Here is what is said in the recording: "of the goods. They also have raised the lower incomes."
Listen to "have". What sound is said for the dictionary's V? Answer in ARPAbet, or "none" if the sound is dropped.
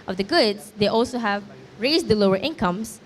V